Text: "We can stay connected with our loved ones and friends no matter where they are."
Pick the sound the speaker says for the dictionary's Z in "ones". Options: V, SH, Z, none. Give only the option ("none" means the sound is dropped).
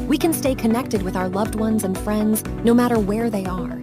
Z